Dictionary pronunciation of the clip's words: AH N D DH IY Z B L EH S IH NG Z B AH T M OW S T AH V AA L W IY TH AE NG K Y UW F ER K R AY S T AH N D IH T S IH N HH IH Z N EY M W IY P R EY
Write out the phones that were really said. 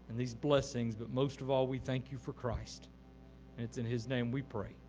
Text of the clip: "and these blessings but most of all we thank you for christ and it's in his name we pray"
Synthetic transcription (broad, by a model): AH N DH IY Z B L EH S IH NG Z B AH T M OW S T AH V AA L W IY TH AE NG K Y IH F ER K R AY S T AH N IH T S IH N IH Z N EY M W IY P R EY